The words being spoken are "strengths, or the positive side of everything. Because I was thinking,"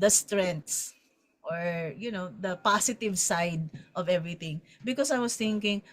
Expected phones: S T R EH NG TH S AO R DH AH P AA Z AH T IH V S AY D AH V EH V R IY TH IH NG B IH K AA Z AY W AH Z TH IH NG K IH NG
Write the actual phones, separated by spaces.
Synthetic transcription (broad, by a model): S T R EH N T S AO R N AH P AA S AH T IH V S AY D AH V EH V R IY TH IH NG B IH K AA S AY W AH S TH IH NG K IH NG